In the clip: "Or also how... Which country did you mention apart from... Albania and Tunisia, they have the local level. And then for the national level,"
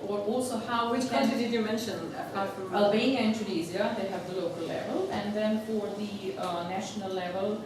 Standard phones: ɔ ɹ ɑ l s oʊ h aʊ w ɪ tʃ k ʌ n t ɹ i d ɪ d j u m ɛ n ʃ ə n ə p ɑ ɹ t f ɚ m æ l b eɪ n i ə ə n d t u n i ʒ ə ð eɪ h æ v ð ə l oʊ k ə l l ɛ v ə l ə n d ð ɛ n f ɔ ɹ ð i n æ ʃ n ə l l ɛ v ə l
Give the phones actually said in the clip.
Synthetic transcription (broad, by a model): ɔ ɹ ɑ l s oʊ h aʊ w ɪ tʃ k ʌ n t i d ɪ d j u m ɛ n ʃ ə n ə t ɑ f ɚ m æ l b eɪ n i ə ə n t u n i z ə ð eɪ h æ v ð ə l oʊ k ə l l ɛ v ə l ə n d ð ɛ n f ɔ ɹ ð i n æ ʃ n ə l l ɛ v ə l